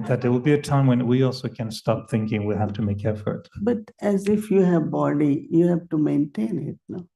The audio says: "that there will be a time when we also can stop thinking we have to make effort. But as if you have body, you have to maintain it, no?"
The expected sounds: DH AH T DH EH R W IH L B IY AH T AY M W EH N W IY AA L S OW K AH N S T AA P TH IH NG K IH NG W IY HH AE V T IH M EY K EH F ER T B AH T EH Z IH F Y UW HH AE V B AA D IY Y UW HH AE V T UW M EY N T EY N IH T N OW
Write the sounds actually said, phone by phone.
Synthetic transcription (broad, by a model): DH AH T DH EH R W IH L B IY AH T AY M W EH N W IY AA L S OW K AH N S T AA P TH IH NG K IH NG W IY HH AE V T IH M EY K EH F ER T B AH T EH Z IH F Y UW HH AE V B AA D IY Y UW HH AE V T UW M EY N T EY N IH T N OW